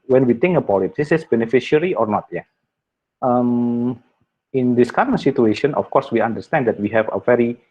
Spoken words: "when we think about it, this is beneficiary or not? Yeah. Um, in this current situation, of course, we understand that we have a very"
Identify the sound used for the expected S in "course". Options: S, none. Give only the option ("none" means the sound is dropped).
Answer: S